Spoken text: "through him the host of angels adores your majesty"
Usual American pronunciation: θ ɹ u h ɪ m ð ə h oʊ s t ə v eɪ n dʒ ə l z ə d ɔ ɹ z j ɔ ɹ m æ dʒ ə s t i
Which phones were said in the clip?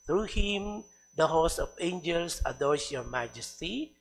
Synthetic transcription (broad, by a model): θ ɹ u h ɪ m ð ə h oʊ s ə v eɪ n dʒ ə l s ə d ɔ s j ɔ ɹ m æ dʒ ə s t i